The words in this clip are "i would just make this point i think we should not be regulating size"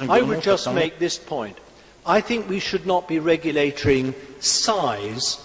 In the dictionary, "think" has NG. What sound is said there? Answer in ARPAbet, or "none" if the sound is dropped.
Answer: NG